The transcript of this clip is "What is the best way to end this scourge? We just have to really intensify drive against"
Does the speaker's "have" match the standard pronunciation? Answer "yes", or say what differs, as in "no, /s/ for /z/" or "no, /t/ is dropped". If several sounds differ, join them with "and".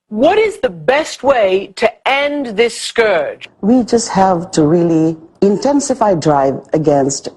yes